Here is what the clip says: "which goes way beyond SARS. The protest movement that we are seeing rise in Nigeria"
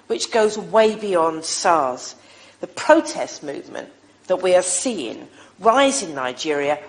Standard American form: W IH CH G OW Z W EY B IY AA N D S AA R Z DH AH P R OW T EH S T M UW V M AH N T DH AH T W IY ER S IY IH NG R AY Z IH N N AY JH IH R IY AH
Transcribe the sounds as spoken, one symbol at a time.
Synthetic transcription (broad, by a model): W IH CH G OW Z W EY B IY AA N D S AA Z DH AH P R OW T EH S T M UW V M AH N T DH AH T W IY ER S IY IH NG R AY Z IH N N AY JH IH R IY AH